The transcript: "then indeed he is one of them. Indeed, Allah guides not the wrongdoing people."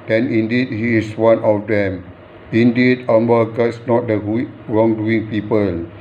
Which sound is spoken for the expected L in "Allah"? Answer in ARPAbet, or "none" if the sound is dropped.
W